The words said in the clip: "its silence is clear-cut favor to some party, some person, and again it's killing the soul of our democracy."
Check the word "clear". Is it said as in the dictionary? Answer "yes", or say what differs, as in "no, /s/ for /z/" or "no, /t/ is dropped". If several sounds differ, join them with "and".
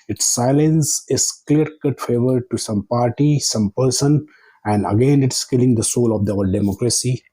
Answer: yes